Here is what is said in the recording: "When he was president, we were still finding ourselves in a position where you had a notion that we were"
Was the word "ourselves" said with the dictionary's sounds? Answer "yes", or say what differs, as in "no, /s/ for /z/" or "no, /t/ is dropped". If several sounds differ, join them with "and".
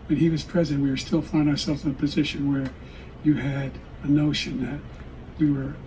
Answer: yes